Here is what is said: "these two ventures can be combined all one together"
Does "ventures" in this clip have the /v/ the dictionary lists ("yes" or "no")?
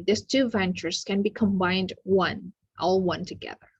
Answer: yes